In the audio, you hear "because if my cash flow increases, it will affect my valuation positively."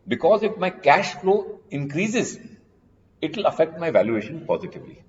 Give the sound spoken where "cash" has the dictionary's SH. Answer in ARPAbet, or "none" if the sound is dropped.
SH